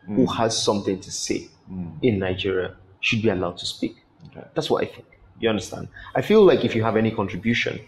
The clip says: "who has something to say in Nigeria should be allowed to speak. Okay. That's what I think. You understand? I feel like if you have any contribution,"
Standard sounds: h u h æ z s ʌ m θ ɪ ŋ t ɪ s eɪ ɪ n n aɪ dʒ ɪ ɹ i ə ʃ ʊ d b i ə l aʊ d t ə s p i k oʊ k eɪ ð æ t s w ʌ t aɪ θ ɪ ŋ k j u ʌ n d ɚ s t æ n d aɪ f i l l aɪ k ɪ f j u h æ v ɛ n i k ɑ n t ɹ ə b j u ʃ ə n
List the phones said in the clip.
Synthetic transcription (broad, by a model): h u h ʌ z s ʌ m θ ɪ ŋ t ɪ s eɪ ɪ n n aɪ dʒ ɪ ɹ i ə ʃ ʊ d b i ə l aʊ d t ə s p i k k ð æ t s w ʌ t aɪ θ ɪ ŋ k j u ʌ n d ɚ s t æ n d aɪ f i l l aɪ k ɪ f j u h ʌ v ɛ n i k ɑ n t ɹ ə b j u ʃ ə n